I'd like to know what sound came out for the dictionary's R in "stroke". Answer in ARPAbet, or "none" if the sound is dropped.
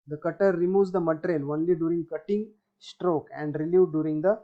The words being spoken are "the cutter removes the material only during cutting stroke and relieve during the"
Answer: R